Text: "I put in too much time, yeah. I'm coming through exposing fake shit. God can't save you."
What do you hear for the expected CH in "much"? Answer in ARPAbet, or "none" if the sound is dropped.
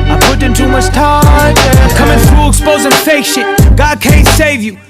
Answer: S